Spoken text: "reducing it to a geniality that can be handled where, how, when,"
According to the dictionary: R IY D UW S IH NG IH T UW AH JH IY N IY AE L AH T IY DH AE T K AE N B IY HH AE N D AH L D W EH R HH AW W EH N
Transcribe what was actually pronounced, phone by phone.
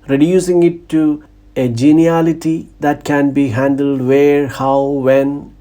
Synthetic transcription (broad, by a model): R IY D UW S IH NG IH T UW AH JH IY N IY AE L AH T IY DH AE T K AE N B IY HH AE N D AH L D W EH R HH AW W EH N